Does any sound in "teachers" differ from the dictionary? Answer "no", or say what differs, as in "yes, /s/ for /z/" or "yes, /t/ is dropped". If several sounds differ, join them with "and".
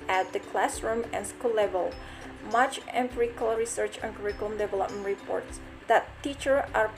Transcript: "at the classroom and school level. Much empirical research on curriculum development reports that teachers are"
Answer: yes, /z/ is dropped